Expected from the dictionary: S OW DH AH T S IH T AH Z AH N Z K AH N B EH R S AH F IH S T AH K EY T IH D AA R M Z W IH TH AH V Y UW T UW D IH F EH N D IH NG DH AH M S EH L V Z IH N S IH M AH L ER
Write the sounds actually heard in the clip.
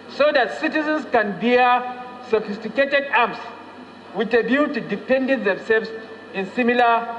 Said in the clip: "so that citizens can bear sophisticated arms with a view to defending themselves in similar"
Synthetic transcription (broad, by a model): S OW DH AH T S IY T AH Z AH N S K AH N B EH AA S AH F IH S T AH K EY T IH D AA M S W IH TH AH B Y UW T UW D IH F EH N D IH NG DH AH M S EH L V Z IH N S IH M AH L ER